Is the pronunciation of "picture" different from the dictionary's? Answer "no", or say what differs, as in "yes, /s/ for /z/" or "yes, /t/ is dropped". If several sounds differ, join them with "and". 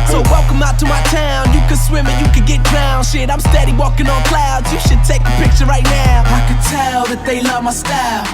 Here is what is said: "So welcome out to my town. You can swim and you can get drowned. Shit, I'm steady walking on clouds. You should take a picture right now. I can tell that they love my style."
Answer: no